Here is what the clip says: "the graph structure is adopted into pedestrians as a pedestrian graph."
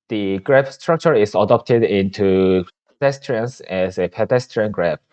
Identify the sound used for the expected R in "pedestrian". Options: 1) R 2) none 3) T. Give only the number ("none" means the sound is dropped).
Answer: 1